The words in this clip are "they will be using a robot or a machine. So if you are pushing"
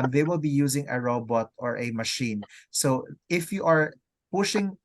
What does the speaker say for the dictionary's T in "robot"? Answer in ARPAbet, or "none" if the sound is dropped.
T